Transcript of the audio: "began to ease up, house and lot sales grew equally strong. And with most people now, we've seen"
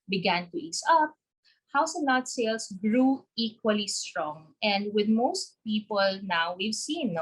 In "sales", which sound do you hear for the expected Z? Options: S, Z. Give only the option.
S